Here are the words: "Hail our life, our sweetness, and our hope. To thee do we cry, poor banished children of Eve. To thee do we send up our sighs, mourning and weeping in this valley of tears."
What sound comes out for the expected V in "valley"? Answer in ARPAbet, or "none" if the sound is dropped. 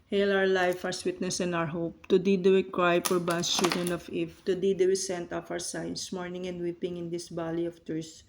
B